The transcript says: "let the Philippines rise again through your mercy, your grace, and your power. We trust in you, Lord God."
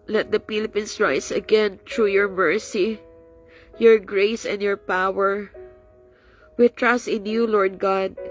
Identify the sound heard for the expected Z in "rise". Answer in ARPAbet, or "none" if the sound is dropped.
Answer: S